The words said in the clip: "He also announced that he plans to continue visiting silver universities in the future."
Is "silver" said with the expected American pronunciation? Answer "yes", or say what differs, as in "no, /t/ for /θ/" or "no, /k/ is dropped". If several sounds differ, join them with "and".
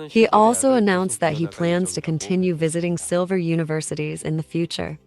yes